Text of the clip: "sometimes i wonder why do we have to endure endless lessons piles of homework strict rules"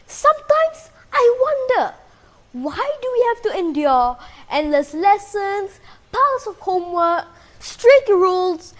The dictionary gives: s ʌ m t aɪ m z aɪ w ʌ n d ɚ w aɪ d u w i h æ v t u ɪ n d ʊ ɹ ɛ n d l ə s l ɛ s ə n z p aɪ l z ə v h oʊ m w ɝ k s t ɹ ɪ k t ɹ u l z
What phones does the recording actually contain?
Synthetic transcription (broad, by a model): s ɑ m t aɪ m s aɪ w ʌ n d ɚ w aɪ d u w i h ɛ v t u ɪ n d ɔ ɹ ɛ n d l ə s l ɛ s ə n s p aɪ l s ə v h oʊ m w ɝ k s t ɹ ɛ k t ɹ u l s